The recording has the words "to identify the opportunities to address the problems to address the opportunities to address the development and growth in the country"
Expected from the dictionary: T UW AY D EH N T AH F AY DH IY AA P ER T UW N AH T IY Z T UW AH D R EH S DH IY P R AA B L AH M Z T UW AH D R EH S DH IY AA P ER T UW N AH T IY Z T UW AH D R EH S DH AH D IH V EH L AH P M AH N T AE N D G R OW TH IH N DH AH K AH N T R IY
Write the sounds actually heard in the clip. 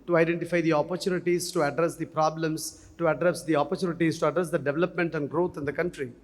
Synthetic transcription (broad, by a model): T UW AY D EH N T AH F AY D IY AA P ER T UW N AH T IY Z T UW AH D R EH S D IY P R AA B L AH M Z T UW AH D R EH S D IY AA P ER T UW N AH T IY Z T UW AH D R EH S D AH D IH V EH L AH P M AH N T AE N D G R OW T IH N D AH K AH N T R IY